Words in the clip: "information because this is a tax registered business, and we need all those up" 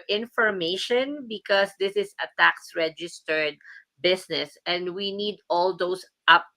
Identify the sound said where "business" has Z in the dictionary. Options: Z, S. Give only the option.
S